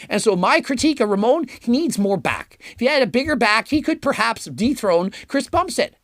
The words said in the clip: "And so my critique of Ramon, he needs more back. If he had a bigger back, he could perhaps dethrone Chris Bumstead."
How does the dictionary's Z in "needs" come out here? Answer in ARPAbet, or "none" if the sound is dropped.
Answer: Z